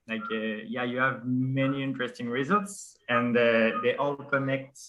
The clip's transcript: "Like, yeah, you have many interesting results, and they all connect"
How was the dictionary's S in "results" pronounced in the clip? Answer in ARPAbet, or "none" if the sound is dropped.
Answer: S